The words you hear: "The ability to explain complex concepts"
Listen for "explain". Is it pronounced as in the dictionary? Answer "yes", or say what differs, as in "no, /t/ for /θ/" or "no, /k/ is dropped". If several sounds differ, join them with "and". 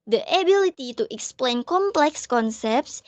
yes